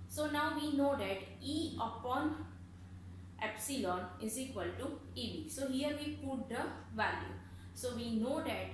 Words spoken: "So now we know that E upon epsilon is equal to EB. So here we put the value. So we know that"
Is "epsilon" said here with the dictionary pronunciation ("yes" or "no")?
yes